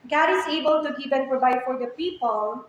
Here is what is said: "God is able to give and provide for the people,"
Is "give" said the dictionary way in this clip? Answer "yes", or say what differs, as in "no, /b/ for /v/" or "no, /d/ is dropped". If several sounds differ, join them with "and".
no, /p/ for /v/